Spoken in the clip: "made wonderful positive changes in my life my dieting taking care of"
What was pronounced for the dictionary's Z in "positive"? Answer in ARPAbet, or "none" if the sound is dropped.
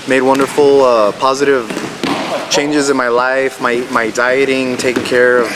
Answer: Z